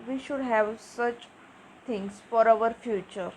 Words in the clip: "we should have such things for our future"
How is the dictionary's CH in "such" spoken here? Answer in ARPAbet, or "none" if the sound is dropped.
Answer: CH